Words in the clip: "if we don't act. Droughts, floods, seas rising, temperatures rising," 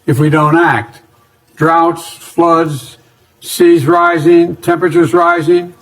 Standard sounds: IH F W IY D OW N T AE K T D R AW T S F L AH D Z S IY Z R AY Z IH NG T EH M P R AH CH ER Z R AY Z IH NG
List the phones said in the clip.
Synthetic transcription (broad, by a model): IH F W IY D OW N T AE K T D R AW T S F L AH D Z S IY Z R AY Z IH NG T EH M P R AH CH ER Z R AY Z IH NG